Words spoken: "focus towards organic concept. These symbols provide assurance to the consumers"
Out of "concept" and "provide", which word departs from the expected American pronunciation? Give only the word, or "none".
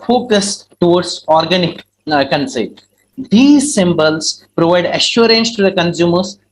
concept